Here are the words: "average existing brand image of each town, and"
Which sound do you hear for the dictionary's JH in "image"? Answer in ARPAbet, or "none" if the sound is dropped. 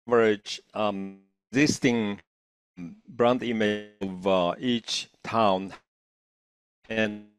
none